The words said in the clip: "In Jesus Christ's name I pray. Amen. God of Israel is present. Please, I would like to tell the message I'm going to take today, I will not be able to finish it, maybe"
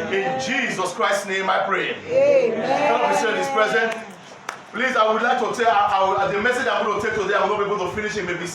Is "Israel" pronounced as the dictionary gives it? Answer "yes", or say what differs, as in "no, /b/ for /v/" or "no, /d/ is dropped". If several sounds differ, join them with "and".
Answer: no, /n/ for /l/